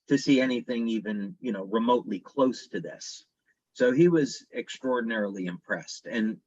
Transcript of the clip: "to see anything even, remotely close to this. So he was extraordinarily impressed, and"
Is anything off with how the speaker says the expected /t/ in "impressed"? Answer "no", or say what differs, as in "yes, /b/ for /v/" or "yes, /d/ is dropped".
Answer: no